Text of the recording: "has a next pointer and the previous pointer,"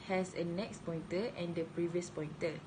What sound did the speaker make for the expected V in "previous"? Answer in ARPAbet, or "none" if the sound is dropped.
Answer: V